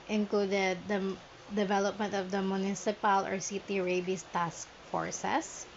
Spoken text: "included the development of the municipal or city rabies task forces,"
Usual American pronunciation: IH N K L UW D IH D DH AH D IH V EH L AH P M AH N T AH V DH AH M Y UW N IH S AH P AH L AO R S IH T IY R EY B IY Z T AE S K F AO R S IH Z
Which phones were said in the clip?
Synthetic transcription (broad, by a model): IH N K L UW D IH D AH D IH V EH L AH P M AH N T AH V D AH M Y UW N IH S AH P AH L AO R S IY T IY R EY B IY S T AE S K F AO R S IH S